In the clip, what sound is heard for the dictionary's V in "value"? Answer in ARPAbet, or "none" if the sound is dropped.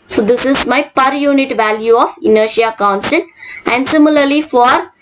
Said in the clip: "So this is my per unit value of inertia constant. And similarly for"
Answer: V